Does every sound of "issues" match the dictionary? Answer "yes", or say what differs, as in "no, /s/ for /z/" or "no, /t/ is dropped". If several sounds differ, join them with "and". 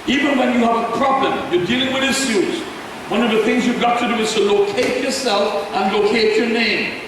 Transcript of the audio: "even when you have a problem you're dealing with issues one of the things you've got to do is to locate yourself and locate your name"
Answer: no, /s/ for /ʃ/